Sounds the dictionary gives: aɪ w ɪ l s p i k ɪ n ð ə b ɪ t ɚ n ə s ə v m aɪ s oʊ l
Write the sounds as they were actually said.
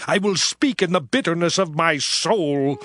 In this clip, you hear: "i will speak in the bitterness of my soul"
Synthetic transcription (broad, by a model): aɪ w ɪ l s p i k ɪ n ð ə b ɪ t ɚ n ə s ə v m aɪ s oʊ l